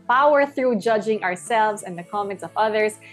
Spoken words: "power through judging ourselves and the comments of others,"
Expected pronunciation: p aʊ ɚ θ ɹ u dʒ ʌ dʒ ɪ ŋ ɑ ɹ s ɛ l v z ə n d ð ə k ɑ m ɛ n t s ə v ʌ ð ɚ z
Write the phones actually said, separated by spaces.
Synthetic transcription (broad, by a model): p aʊ ɚ θ ɹ u dʒ ʌ dʒ ɪ ŋ ɑ ɹ s ɛ l v z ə n ð ə k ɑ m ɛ n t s ə v ʌ ð ɚ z